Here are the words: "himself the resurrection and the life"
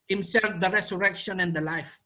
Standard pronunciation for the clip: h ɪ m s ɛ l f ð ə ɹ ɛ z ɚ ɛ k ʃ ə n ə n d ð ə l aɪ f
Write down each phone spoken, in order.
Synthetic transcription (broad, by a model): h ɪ m s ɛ l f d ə ɹ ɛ s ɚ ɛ k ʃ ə n ə n d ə l aɪ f